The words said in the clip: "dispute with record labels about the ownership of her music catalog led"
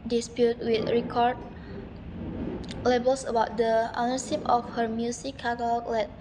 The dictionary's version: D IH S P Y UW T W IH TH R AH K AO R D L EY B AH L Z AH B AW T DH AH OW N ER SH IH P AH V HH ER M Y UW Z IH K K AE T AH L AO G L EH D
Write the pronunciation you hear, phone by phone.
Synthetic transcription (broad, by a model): D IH S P Y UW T W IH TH R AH K AO R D L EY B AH L S AH B AW T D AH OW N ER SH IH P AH F HH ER M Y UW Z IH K K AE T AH L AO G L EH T